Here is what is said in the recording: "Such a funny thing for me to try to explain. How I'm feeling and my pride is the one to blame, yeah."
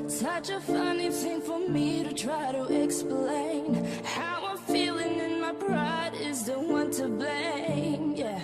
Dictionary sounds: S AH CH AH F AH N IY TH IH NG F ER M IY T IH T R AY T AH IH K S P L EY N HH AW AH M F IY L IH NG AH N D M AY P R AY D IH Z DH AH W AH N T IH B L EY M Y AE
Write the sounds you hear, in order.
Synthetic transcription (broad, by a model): S AH CH AH F AH N IY TH IH NG F ER M IY T IH T R AY T AH IH K S P L EY N HH AW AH F IY L IH NG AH N M AY B R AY D IH Z DH AH W AH N T IH B L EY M Y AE